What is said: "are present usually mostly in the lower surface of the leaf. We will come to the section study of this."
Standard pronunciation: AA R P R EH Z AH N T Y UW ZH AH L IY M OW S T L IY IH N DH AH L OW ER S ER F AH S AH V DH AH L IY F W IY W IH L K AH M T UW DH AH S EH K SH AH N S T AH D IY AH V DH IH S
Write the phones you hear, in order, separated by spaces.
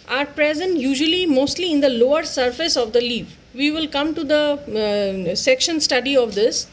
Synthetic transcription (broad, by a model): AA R P R EH Z AH N T Y UW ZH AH L IY M OW S T L IY IH N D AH L OW ER S ER F AH S AH V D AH L IY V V IY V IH L K AH M T UW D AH S EH K SH AH N S T AH D IY AH V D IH S